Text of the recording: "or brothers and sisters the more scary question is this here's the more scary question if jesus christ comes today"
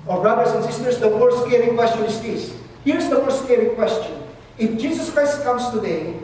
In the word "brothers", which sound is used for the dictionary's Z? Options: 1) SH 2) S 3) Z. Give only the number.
2